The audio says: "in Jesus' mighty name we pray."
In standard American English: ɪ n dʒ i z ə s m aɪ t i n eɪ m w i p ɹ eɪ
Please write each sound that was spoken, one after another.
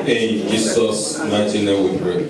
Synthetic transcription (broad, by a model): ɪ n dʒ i s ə s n aɪ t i n eɪ m w i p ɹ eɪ